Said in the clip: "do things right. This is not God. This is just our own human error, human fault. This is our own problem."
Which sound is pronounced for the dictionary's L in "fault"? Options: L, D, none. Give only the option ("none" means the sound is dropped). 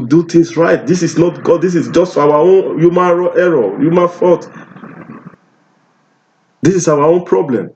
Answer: none